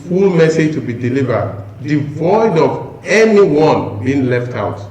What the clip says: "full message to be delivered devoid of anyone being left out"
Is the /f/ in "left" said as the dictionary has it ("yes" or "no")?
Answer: yes